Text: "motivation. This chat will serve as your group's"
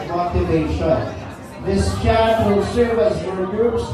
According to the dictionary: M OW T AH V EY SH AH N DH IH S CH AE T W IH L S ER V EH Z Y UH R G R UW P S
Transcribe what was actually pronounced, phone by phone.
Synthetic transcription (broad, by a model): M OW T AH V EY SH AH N DH IH S CH AE T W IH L S ER V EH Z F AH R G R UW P S